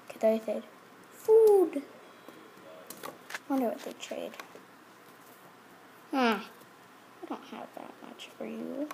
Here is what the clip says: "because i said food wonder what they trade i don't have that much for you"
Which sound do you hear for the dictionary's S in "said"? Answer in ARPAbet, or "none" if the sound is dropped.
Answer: TH